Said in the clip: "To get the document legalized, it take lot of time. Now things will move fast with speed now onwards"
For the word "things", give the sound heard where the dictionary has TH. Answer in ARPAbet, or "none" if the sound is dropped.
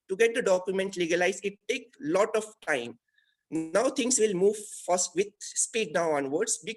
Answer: T